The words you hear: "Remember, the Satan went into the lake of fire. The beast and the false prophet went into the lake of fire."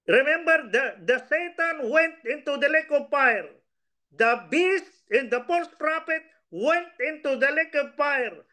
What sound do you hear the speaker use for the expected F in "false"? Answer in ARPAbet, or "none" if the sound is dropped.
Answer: P